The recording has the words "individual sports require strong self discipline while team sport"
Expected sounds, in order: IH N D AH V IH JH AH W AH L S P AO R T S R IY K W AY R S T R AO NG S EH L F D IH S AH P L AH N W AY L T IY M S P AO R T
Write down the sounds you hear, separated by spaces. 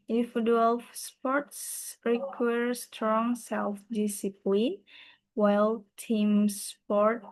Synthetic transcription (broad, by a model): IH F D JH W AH L S P AO R T S R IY K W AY R S T R AO NG S EH L F D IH S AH P L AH N W AY L T IY M S P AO R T